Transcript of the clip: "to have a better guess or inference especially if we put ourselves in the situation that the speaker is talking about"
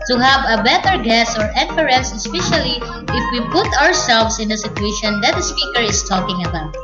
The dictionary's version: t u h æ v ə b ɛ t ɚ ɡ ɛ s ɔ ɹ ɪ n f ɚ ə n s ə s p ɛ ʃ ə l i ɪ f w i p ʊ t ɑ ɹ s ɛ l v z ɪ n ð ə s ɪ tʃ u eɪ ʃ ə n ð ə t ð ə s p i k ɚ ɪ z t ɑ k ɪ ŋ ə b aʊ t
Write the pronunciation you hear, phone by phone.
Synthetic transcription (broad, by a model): t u h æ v ə b ɛ t ɚ ɡ ɛ s ɔ ɹ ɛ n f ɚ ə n s ə s p ɛ ʃ ə l i ɪ f w i p ʊ t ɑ ɹ s ɛ l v s ɪ n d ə s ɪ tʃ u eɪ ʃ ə n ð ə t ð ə s p i k ɚ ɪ s t ɑ k ɪ ŋ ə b aʊ t